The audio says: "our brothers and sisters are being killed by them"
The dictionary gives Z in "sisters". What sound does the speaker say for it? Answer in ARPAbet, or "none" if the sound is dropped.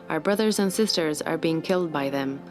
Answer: Z